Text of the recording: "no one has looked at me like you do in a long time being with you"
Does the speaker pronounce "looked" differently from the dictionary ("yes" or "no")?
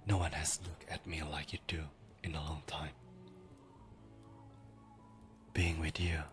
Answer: yes